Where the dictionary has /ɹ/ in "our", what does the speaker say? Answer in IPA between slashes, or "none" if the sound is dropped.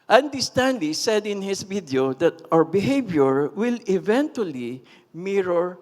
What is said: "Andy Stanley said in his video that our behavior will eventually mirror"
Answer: /ɹ/